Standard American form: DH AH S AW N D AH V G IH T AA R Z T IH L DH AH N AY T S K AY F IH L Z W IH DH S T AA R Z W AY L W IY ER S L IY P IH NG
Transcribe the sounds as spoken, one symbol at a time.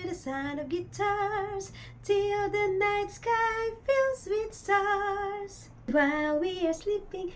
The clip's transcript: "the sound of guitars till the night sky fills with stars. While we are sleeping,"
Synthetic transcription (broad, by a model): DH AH S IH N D AH V G IH T AA R Z T IH L DH AH N AY T S K AY F IH L Z W IH DH S T AA R Z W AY L W IY ER S L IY P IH NG